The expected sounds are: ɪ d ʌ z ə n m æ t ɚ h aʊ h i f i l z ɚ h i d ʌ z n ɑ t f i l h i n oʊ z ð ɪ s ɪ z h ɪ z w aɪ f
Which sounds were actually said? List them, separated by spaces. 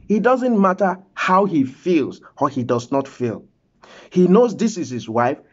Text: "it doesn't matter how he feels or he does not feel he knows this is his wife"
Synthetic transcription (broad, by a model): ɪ d ʌ z ə n m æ t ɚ h aʊ h i f i l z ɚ h i d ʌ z n ɑ t f i l h i n oʊ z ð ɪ s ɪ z h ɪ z w aɪ f